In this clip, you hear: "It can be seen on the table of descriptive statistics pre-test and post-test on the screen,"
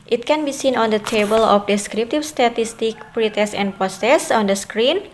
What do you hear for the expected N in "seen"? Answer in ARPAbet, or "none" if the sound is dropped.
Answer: N